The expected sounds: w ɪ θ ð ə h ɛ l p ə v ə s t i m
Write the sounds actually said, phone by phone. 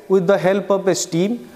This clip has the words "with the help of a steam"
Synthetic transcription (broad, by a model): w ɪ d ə h ɛ l p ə p ə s t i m